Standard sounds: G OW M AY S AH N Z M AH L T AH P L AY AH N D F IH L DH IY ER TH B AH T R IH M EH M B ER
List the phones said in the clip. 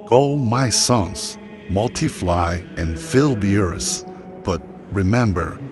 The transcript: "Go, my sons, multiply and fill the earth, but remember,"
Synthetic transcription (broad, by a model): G OW M AY S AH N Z M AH L T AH F L AY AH N F IH L DH IY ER S B AH T R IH M EH M B ER